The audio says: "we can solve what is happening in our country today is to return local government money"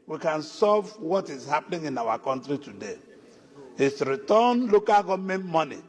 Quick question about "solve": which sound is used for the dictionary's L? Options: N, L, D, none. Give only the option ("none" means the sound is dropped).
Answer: none